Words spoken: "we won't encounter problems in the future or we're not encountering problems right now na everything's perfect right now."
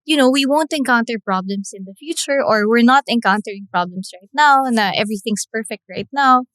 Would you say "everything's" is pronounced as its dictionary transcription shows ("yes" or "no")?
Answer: no